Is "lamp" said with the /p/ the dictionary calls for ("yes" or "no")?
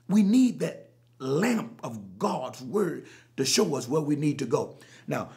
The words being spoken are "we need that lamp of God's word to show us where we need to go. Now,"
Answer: yes